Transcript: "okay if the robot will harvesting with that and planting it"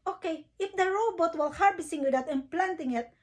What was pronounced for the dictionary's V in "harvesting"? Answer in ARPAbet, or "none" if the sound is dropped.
B